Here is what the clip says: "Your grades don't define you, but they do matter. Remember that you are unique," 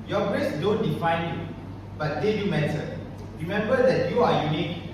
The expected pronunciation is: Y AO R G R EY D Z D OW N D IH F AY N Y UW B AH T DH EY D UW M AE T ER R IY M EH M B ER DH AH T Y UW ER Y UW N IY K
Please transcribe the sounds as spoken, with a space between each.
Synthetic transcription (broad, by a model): Y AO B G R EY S D OW N D IH F AY N Y UW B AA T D EY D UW M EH S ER R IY M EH M B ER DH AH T Y UW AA Y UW N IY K